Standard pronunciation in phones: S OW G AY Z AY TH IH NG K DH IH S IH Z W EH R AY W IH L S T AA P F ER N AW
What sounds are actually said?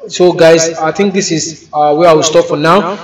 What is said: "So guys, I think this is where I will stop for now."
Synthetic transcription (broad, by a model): S OW G AY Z AY T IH NG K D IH S IH Z W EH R AY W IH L S T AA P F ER N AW